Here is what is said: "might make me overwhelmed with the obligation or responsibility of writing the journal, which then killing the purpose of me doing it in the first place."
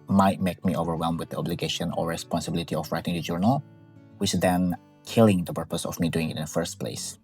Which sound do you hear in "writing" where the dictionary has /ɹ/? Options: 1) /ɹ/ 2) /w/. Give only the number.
1